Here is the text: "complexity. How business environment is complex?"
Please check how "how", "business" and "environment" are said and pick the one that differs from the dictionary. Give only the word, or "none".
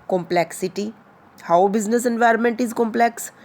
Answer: none